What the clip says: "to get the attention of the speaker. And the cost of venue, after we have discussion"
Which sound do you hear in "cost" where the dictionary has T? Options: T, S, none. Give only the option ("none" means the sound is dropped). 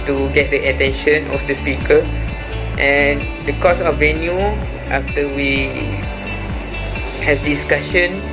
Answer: none